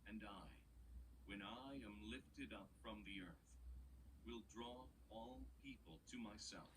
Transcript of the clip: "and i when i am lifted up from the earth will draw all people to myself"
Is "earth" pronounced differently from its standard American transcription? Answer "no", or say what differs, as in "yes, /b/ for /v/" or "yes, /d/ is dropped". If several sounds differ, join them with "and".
no